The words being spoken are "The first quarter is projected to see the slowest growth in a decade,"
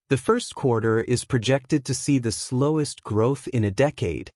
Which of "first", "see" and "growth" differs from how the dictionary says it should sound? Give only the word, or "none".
none